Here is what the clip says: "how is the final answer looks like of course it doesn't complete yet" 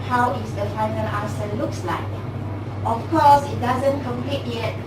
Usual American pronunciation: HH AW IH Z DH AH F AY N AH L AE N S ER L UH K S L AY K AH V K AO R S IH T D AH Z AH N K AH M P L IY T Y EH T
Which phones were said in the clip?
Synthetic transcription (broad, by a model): HH AW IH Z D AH F AY N AH L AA S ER L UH K S L AY K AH F K AO S IH T D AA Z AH N K AH M P L IY T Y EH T